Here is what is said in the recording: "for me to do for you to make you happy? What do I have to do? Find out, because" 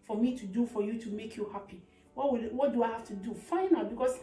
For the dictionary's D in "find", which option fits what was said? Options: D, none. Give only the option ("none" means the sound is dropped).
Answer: none